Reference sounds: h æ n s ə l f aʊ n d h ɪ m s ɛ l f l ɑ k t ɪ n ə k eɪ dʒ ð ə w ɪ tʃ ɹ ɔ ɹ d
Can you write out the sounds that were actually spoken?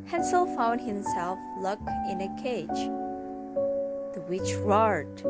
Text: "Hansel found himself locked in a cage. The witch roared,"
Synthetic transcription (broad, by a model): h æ n s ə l f aʊ n d h ɪ m s ɛ l f l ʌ k ɪ n ə k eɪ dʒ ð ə w ɪ tʃ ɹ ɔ ɹ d